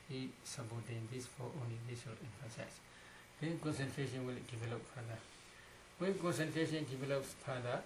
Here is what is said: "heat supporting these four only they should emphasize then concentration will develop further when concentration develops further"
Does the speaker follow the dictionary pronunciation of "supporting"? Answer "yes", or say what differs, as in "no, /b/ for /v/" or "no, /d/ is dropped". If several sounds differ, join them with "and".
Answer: no, /b/ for /p/